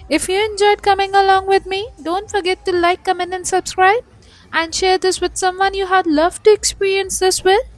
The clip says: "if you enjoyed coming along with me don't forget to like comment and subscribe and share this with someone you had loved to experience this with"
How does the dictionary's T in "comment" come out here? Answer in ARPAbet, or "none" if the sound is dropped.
none